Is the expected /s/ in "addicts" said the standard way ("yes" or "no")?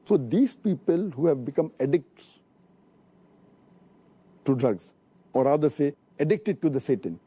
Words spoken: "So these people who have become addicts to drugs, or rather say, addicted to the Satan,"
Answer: no